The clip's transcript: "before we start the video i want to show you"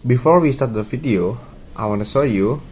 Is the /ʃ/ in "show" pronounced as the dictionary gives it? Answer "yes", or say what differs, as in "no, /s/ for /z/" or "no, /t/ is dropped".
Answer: no, /s/ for /ʃ/